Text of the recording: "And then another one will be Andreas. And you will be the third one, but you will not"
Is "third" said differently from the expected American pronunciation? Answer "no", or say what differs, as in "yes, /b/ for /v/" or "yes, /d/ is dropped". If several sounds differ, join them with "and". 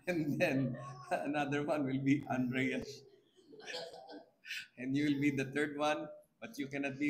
yes, /t/ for /θ/